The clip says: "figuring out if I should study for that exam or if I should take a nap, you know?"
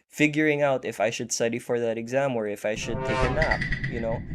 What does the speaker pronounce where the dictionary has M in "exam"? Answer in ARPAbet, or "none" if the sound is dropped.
M